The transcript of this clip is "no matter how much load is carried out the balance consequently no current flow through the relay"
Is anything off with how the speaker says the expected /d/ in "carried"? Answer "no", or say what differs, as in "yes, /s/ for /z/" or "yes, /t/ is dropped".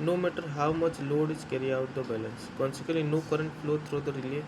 yes, /d/ is dropped